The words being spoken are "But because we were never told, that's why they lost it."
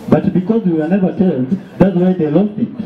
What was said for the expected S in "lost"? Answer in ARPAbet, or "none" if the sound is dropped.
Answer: none